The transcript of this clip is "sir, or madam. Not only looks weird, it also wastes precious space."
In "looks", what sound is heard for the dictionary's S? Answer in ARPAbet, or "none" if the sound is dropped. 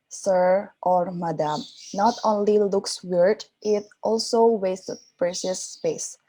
S